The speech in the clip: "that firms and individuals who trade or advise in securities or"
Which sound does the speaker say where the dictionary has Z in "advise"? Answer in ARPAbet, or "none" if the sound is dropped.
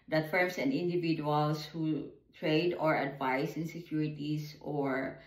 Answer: S